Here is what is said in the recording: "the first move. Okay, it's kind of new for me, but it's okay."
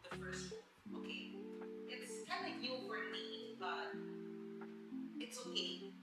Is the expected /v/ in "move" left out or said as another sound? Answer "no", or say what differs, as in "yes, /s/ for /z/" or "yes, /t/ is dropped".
yes, /v/ is dropped